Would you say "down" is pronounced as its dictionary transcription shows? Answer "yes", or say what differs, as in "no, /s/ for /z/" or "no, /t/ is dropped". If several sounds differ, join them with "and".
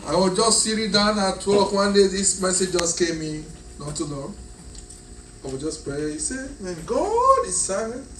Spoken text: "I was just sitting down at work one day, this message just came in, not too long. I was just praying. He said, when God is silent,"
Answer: yes